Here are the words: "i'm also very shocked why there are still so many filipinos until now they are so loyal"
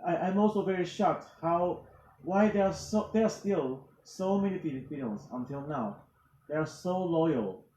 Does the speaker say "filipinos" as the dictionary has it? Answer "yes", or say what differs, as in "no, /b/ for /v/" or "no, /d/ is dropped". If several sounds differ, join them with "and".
no, /p/ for /f/